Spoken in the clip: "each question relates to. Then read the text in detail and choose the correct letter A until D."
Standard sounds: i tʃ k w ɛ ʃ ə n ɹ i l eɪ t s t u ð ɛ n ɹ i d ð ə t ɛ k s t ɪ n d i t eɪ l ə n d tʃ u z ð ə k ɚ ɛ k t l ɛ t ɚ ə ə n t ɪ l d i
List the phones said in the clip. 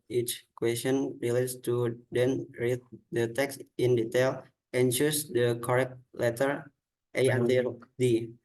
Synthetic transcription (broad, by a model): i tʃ k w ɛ s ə n ɹ i l eɪ t s t u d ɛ n ɹ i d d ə t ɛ k s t ɪ n d i t eɪ l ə n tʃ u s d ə k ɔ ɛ k t l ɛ t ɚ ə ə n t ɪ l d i